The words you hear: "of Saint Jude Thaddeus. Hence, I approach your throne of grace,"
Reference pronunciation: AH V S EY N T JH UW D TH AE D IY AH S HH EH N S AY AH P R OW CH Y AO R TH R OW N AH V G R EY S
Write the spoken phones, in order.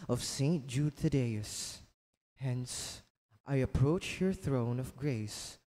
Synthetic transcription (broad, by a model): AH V S EY N T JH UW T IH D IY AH S HH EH N S AY AH P R OW CH Y AO R TH R OW N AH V G R EY S